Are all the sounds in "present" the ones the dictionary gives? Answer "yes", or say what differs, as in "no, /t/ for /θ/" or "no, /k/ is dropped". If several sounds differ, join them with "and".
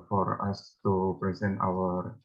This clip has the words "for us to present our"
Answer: yes